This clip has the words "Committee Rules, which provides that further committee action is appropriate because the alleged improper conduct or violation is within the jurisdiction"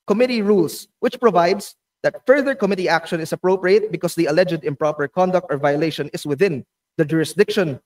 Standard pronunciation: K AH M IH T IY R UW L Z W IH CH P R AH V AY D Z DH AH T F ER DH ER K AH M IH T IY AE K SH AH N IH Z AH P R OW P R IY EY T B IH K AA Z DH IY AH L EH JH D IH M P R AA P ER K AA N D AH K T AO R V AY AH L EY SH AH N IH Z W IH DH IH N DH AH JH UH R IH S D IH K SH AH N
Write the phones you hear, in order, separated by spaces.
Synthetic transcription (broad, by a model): K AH M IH T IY R UW L S W IH CH P R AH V AY D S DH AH T F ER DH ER K AH M IH T IY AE K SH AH N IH S AH P R OW P R IY EY T B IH K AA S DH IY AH L EH JH D IH M P R AA P ER K AA N D AH K T AO R V AY AH L EY SH AH N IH S W IH DH IH N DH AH JH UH R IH S D IH K SH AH N